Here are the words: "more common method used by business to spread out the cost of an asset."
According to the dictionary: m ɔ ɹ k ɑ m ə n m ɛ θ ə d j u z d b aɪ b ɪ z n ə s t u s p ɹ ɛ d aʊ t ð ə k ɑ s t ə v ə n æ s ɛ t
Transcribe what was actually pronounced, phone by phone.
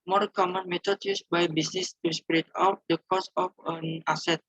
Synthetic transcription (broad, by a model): m ɔ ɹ k ɑ m ə n m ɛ t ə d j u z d b aɪ b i s n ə s t u s p ɹ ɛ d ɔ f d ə k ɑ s ə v ə n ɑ s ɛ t